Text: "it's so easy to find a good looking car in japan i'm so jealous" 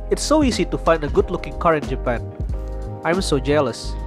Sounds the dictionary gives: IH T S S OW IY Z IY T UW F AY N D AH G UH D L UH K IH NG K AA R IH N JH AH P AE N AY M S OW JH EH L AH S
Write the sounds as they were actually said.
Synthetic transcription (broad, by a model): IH T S S OW IY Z IY T UW F AY N D AH G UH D L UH K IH NG K AA R IH N JH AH P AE N AY M S OW JH EH L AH S